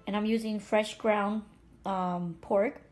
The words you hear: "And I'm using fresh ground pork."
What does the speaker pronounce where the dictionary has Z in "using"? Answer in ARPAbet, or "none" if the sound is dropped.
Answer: Z